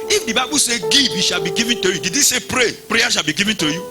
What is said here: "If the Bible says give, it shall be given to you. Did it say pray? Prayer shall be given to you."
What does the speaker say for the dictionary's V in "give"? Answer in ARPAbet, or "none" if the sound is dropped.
B